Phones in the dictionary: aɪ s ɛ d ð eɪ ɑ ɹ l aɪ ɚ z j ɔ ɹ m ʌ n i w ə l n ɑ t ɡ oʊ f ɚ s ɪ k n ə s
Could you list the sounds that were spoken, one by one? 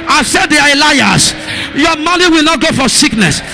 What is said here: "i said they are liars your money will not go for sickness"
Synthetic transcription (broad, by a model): aɪ s ɛ d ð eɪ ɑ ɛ l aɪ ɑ s j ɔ m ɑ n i w ə l n ɑ t ɡ oʊ f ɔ s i k n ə s